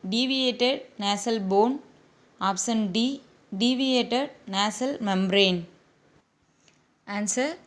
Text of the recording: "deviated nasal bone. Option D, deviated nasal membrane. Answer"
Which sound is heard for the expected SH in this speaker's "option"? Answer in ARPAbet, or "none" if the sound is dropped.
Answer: S